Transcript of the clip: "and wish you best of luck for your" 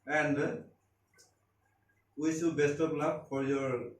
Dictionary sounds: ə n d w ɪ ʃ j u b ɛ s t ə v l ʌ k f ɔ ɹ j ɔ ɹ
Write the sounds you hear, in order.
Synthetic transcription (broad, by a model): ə n d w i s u b ɛ s t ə p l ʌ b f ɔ ɹ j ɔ ɹ